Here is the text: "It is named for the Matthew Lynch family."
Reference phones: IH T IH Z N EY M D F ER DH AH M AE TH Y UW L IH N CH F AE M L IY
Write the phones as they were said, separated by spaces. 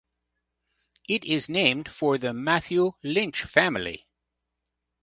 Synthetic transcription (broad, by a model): IH T IH Z N EY M D F ER DH AH M AE TH Y UW L IH N CH F AE M L IY